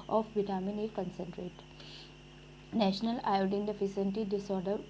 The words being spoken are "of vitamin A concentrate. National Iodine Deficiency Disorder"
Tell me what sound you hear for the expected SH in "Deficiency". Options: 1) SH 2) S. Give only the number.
2